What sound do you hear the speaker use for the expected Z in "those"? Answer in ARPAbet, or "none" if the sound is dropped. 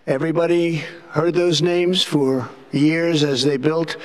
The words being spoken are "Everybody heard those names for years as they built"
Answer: Z